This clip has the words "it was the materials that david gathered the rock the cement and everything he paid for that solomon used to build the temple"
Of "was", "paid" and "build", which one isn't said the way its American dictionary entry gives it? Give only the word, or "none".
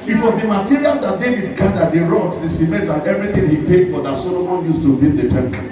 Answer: build